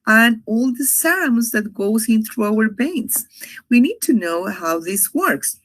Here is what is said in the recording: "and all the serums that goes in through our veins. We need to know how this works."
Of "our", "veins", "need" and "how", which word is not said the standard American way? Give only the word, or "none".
veins